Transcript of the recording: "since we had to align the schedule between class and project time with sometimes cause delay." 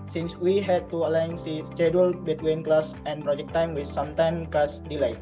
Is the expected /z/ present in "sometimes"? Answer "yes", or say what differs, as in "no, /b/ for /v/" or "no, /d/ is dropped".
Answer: no, /z/ is dropped